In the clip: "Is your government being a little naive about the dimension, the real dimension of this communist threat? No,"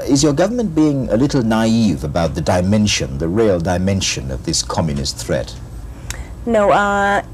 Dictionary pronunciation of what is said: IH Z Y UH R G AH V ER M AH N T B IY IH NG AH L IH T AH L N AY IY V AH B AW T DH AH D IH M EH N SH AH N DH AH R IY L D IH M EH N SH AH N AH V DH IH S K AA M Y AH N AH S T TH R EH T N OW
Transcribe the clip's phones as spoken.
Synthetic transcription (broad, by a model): IH Z Y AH R G AH V ER M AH N B IY IH NG AH L IH T L N AY IY V AH B AW T DH AH D IH M EH N SH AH N DH AH R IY L D IH M EH N SH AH N AH V DH IH S K AA M Y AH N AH S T TH R EH T N OW